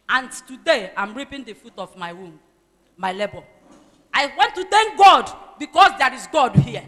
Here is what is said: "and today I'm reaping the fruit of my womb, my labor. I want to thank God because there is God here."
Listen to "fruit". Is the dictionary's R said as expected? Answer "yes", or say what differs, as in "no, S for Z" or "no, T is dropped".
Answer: no, R is dropped